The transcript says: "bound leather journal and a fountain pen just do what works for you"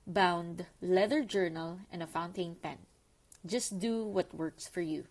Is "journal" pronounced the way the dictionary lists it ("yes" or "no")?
yes